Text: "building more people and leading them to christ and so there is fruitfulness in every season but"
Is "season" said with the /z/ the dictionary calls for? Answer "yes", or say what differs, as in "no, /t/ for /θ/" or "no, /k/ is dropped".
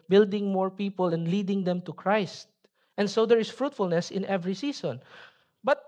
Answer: no, /s/ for /z/